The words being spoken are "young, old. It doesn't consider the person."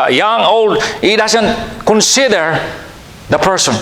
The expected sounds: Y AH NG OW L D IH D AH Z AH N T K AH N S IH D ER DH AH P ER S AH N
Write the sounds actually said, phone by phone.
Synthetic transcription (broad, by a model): Y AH NG OW L D IH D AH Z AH N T K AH N S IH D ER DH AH P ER S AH N